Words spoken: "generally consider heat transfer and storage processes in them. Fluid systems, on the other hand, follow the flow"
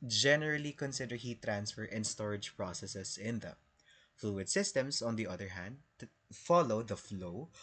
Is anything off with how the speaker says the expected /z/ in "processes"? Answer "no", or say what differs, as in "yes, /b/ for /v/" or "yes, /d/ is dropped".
yes, /s/ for /z/